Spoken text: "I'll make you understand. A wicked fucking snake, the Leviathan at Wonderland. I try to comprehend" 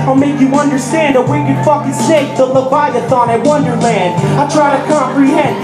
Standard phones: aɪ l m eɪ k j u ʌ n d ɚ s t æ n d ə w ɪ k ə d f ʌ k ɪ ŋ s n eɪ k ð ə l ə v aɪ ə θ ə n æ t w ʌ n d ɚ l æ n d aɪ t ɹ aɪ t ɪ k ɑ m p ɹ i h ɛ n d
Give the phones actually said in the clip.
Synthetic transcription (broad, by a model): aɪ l m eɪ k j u ʌ n d ɚ s t æ n d ə w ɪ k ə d f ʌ k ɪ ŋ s eɪ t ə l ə b aɪ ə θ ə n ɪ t w ʌ n d ɚ l æ n d aɪ t ɹ aɪ t ɪ k ɑ m p ɹ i h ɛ n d